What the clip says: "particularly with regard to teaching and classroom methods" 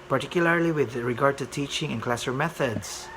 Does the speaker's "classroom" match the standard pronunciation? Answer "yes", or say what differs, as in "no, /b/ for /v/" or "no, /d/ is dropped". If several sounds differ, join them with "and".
no, /ɹ/ is dropped